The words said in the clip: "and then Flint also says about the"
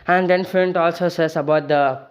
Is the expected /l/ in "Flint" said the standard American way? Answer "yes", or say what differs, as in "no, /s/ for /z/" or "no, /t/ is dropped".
no, /l/ is dropped